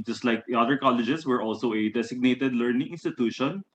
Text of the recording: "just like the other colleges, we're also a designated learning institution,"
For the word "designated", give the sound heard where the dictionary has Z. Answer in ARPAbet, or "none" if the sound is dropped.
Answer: S